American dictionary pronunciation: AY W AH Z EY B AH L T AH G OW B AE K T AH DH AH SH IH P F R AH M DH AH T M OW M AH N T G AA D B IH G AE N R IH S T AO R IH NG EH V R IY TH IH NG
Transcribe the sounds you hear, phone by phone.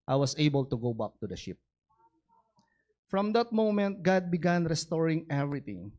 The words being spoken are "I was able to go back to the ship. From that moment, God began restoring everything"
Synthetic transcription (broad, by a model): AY W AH S EY B AH L T AH G OW B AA K T AH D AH SH IH P F R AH M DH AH T M OW M AH N T G AA D B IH G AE N R IH S T AO R IH NG EH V R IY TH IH NG